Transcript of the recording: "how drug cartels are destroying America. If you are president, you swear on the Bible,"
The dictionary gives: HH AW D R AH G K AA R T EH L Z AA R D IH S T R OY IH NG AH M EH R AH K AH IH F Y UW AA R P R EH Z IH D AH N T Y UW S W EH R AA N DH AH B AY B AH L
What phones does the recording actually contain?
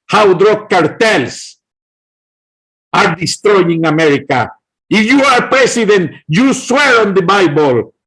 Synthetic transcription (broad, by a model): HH AW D R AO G K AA R T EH L S AA R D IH S T R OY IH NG AH M EH R AH K AH IH F Y UW AA R P R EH S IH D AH N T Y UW S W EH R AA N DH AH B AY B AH L